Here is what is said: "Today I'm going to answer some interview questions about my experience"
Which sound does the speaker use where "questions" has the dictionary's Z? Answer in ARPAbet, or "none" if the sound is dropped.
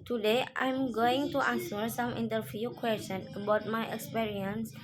none